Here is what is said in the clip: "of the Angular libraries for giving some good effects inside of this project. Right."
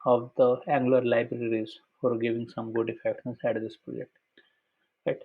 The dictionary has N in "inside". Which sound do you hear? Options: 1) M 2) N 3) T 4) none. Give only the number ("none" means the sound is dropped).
4